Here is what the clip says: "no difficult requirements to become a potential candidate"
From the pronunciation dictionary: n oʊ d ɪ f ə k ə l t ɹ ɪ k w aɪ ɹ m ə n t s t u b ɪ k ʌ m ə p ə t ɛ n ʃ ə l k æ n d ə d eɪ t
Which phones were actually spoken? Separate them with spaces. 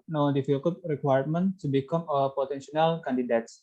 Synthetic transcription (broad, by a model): n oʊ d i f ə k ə t ɹ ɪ k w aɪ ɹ m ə n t t u b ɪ k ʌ m ə p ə t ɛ n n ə l k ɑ n d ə d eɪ t